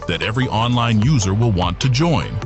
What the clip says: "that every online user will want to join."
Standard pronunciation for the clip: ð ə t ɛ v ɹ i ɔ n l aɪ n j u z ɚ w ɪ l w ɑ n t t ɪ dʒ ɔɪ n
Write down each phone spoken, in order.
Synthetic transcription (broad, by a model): ð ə t ɛ v ɹ i ɔ n l aɪ n j u z ɚ w ɪ l w ɑ n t t ɪ dʒ ɔɪ n